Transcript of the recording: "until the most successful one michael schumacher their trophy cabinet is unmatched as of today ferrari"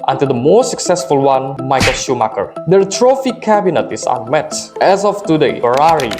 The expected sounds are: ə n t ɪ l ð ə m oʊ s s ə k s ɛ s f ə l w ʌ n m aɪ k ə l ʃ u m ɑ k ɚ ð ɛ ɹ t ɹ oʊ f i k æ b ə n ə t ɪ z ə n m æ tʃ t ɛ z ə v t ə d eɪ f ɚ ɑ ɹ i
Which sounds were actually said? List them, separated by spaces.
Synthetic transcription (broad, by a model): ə n t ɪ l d ə m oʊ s s ə k s ɛ s f ə l w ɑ n m aɪ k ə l ʃ u m ɑ k ɚ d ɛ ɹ t ɹ oʊ f i k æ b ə n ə t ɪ s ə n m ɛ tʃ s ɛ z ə f t ə d eɪ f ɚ ɑ ɹ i